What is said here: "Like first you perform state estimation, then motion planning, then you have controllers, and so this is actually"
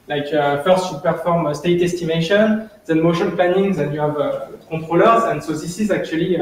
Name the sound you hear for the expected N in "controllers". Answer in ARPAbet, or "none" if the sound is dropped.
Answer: none